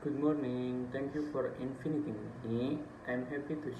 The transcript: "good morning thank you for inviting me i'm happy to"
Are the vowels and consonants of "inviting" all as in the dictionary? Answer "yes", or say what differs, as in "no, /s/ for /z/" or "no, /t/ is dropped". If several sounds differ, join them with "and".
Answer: no, /f/ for /v/